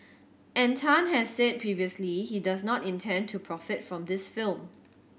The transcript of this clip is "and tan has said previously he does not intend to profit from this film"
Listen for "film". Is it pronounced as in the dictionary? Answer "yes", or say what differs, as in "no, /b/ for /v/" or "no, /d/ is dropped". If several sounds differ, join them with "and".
yes